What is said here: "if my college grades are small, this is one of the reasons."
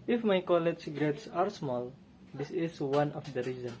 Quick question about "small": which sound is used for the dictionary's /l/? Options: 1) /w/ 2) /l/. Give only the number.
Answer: 2